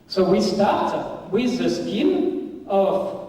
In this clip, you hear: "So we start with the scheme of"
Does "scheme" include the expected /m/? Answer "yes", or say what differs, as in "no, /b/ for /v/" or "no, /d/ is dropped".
no, /m/ is dropped